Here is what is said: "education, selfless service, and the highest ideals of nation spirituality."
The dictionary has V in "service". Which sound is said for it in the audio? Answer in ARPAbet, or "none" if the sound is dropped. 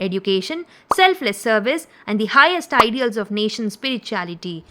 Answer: V